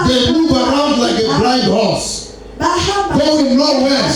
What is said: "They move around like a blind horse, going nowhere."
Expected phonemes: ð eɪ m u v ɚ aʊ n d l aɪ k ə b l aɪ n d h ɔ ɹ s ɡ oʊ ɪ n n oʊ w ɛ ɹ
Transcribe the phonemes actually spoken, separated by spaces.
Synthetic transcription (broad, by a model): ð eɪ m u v ɚ aʊ n d l aɪ k ə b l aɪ d h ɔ s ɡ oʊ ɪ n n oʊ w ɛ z